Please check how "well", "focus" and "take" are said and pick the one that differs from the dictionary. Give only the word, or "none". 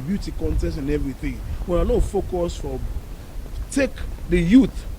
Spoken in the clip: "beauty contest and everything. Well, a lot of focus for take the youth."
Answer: well